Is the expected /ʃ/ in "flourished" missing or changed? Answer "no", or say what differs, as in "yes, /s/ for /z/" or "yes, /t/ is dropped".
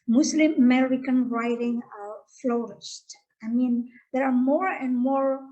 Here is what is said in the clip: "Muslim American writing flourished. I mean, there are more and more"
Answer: yes, /s/ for /ʃ/